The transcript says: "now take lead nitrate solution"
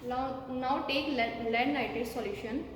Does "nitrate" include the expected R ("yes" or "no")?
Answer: no